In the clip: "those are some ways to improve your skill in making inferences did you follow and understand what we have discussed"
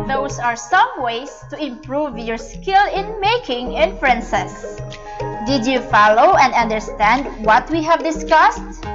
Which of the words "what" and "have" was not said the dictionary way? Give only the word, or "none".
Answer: none